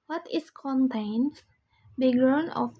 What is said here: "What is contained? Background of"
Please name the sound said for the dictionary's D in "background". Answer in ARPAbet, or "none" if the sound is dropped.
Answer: none